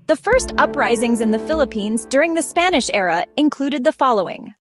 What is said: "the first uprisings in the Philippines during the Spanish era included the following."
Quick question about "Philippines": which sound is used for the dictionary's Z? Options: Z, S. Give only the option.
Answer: Z